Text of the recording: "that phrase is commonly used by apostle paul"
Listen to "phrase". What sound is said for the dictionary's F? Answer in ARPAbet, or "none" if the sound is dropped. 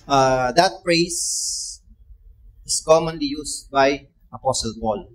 P